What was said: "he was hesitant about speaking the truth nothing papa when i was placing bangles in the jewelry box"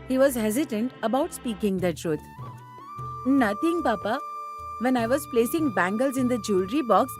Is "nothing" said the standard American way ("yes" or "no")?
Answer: no